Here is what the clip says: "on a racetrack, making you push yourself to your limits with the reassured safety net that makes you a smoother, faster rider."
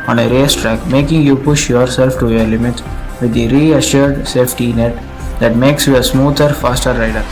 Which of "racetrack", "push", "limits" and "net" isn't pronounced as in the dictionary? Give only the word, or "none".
none